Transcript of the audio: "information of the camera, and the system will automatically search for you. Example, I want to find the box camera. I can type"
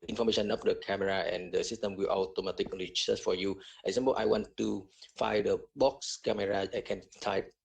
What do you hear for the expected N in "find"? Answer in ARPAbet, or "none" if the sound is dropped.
none